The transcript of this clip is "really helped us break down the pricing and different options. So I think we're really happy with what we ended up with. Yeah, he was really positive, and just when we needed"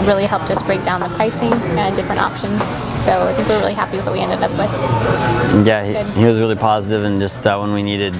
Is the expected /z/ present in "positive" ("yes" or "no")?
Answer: yes